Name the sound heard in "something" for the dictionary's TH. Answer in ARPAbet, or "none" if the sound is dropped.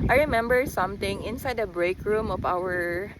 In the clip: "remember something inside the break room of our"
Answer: T